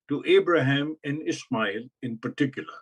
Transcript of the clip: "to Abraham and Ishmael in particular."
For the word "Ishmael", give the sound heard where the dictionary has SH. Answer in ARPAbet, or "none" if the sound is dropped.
S